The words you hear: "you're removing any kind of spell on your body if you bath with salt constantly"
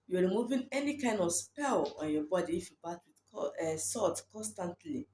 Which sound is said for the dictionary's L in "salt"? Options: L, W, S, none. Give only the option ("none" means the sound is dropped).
none